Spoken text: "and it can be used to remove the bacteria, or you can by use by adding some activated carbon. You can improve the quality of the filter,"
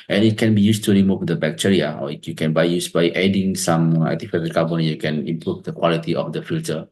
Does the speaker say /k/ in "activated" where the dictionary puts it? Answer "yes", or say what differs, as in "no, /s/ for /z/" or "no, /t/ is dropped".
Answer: no, /k/ is dropped